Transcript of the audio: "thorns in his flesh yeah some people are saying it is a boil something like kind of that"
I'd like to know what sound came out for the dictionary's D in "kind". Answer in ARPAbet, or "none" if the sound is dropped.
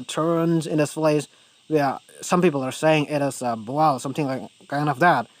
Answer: none